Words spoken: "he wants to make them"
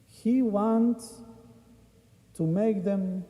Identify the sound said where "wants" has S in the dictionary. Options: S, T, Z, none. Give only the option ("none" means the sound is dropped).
none